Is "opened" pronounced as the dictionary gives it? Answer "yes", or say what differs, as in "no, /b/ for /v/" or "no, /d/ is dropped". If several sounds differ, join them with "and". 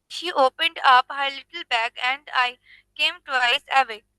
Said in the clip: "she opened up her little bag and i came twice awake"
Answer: yes